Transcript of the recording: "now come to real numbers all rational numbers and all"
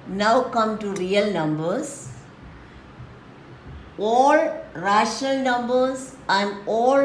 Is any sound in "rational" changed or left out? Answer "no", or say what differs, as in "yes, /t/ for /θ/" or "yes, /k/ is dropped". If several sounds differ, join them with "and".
no